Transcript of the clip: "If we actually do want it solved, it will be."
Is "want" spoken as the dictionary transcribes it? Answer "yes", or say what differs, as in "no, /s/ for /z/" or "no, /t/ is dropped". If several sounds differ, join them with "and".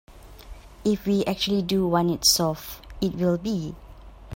no, /t/ is dropped